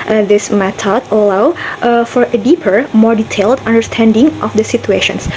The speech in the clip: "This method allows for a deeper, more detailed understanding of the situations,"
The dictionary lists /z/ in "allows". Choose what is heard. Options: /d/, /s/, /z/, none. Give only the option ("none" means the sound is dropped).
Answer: none